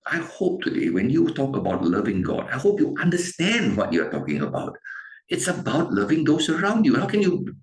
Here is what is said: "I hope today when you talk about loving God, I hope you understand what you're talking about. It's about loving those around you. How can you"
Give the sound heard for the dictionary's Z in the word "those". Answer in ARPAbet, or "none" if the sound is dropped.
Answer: S